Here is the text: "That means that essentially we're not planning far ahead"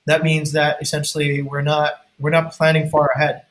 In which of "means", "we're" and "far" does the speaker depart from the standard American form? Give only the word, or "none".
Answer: none